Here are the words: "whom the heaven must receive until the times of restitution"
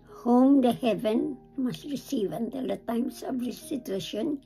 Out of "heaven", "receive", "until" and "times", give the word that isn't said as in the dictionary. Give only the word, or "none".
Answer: times